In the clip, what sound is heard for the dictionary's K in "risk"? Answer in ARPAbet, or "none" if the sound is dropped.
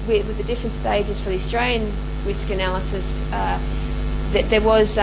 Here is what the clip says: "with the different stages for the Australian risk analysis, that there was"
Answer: K